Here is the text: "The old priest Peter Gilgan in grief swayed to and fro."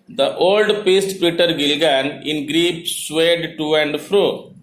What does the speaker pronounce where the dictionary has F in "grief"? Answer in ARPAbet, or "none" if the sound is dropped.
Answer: P